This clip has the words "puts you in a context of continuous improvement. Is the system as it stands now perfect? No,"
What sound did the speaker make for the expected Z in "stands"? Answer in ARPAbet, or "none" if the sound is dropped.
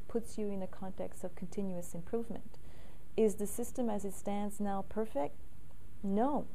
Z